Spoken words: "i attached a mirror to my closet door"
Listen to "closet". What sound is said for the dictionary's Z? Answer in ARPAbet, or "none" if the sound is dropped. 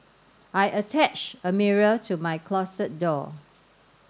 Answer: S